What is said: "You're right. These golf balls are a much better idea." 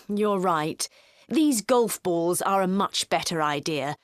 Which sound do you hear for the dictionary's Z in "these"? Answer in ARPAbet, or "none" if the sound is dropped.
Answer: Z